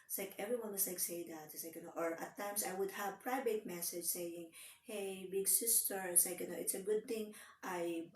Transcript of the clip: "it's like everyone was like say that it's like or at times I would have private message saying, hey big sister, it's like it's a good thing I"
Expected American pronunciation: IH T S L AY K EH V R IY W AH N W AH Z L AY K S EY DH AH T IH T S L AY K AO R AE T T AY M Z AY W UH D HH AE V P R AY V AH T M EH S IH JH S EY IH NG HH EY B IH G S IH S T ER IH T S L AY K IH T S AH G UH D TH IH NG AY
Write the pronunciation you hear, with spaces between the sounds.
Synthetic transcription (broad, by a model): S L AY K EH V R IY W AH N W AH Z L AY K S EY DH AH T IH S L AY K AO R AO T T AY M S AY W UH D HH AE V P R AY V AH T M EH S IH JH S EY IH NG HH EY B IH G S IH S T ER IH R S L AY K IH T S AH G UH D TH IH NG AY